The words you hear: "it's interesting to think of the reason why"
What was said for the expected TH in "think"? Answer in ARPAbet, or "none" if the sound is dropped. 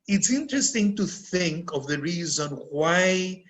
TH